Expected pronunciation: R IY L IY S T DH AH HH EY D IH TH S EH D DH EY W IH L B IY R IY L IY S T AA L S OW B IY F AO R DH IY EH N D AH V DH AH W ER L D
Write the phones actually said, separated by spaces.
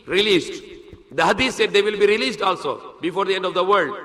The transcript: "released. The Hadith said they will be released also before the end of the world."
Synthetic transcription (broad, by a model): R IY L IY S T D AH HH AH D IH S S EH D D EY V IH L B IY R IY L IY S T AA L S OW B IY F AO R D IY EH N D AH V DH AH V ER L D